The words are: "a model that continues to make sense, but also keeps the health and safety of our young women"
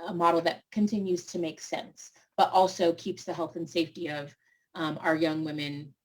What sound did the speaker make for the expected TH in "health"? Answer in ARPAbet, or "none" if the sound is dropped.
TH